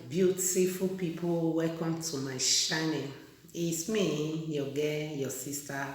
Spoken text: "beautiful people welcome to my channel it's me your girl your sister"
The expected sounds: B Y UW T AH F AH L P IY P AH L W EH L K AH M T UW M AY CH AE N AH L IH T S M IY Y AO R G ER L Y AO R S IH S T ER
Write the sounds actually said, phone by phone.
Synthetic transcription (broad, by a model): B Y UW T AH F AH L P IY P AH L W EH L K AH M T UW M AY SH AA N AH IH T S M IY Y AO G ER Y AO S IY S T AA